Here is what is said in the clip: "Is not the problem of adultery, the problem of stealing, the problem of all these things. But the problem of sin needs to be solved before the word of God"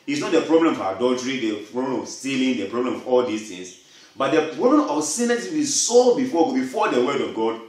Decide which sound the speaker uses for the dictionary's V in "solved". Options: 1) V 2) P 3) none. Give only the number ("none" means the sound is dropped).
3